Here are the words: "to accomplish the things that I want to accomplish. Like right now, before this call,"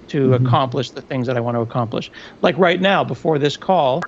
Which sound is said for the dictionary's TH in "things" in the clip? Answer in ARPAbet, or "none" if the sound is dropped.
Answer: TH